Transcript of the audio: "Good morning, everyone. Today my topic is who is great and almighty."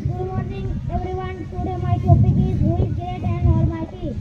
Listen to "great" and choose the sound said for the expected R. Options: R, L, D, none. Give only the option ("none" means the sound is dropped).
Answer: none